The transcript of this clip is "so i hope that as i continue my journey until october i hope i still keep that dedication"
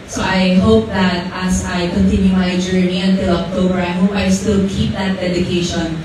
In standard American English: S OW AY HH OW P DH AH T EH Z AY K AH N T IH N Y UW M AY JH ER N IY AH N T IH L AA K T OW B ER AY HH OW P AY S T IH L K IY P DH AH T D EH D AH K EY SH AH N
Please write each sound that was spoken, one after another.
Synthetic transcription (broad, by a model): S OW AY HH OW P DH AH T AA S AY K AH N T IH N Y UW M AY JH ER N IY AH N T IH L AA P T OW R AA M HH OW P AY S T IH L K IY P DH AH T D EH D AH K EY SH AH N